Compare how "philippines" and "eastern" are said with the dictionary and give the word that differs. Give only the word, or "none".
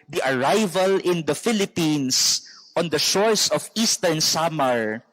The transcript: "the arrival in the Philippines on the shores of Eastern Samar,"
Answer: philippines